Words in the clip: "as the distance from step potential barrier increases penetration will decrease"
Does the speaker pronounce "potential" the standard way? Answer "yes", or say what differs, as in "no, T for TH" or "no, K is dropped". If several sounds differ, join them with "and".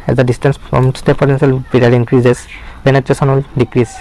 no, S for SH